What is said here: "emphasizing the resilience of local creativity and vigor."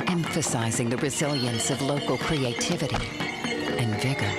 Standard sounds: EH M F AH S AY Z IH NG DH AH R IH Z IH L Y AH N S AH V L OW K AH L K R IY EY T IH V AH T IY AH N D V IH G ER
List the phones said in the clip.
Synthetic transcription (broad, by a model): EH M F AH S AY Z IH NG DH AH R IH Z IH L Y AH N S AH V L OW K L K R IY EY T IH V AH T IY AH N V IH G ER